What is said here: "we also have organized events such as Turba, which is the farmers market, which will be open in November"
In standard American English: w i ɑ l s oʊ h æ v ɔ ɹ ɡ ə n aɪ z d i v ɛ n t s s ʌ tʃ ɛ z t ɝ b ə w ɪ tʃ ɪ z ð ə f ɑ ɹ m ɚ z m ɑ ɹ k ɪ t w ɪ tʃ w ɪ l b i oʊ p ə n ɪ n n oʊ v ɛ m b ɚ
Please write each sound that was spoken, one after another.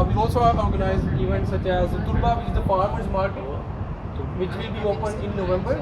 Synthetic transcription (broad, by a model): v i ɑ l s oʊ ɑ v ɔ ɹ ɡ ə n aɪ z i v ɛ n t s s ʌ tʃ ɛ z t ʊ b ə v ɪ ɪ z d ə p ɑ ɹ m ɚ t m ɑ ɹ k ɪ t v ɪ tʃ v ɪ l b i oʊ p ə n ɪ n n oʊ v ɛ m b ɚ